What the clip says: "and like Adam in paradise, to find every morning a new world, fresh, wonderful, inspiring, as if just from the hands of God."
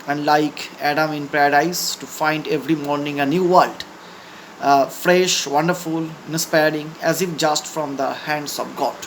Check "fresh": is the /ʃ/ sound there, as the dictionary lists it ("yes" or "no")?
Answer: yes